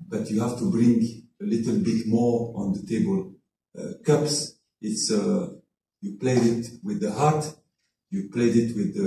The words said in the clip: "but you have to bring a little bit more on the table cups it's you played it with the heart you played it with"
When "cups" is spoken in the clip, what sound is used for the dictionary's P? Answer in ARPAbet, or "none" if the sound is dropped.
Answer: P